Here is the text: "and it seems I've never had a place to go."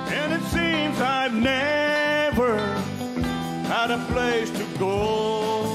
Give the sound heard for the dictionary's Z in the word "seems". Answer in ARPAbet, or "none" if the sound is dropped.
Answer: Z